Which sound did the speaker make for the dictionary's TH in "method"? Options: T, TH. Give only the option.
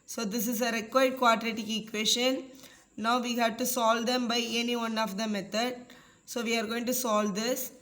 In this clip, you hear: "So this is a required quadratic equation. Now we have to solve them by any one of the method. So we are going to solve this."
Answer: T